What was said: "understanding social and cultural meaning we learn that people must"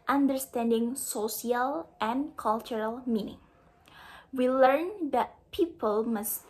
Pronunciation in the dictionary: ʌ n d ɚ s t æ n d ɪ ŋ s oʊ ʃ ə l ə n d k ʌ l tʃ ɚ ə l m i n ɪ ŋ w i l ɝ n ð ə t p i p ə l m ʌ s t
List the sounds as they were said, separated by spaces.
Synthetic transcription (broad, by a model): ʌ n d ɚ s t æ n d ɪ ŋ s oʊ s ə l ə n k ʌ l tʃ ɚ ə l m i n ɪ ŋ w i l ɝ n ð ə t p i p ə l m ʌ s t